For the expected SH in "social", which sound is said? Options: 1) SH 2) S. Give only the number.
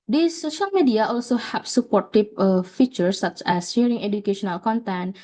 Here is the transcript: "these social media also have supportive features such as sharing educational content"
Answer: 1